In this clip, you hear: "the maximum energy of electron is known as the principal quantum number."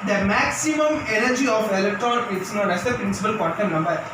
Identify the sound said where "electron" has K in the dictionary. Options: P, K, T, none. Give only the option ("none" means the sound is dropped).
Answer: K